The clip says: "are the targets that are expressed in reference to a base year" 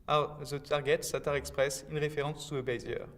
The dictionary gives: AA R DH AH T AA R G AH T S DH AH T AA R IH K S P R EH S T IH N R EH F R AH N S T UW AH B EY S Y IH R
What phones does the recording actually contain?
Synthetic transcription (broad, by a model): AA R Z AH T AA R G AH T S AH T AA R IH K S P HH EH S IH N R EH F R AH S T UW AH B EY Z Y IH R